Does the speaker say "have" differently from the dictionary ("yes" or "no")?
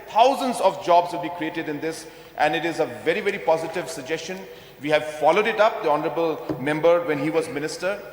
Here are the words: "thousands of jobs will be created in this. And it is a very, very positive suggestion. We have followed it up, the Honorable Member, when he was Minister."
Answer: no